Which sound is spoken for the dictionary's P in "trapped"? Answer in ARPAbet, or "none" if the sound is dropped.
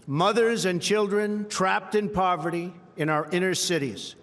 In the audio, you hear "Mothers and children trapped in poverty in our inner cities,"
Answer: P